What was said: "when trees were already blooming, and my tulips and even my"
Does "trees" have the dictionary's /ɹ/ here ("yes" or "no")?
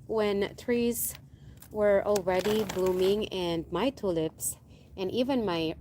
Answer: yes